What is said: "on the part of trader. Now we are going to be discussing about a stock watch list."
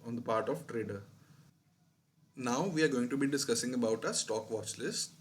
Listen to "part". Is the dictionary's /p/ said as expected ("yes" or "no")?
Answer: yes